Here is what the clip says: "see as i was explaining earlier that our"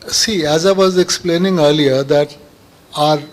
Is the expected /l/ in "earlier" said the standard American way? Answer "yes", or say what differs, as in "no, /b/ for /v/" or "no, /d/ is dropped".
yes